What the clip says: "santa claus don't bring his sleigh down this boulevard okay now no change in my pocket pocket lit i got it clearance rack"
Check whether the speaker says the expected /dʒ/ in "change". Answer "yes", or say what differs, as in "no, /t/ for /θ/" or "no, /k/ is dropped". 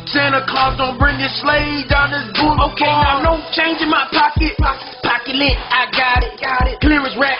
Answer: yes